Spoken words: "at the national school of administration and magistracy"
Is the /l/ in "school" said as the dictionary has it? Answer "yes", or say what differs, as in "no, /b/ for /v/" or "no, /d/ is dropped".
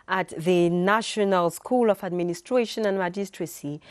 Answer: yes